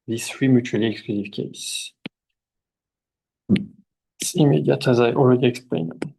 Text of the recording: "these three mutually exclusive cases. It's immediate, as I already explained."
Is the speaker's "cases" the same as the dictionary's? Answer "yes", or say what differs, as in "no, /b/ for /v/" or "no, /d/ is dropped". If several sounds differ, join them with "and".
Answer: no, /s/ is dropped